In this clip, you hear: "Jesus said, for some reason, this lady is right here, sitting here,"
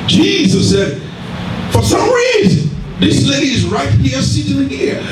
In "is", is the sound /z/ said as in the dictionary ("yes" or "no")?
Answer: yes